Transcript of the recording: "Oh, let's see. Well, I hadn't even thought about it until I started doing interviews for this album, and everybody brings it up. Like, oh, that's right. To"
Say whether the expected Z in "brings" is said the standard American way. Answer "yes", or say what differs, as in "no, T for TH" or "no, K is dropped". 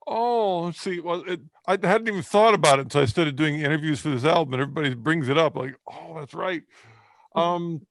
yes